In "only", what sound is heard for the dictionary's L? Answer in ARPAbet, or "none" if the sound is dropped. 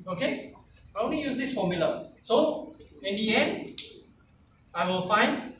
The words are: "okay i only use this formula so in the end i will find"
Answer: none